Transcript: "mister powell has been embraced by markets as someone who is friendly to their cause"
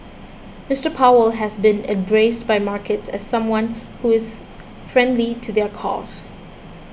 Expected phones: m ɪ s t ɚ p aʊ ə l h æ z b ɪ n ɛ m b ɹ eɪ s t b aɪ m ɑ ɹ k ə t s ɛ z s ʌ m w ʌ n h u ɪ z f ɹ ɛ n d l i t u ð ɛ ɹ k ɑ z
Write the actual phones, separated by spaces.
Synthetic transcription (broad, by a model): m ɪ s t ɚ p aʊ ə l h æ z b ɪ n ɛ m b ɹ eɪ s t b aɪ m ɑ ɹ k ə t s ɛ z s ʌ m w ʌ n h u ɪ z f ɹ ɛ n d l i t u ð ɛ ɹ k ɑ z